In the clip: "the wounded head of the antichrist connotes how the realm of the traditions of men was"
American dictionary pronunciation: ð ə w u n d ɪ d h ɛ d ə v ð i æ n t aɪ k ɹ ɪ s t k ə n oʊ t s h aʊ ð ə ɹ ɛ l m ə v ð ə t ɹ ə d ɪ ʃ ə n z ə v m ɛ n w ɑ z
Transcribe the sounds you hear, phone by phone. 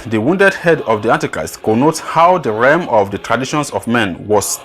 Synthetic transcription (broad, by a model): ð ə w u n d ɪ d h ɛ d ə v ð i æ n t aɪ k ɹ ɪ s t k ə n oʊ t h aʊ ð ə ɹ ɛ m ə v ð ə t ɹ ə d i ʃ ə n s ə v m ɛ n w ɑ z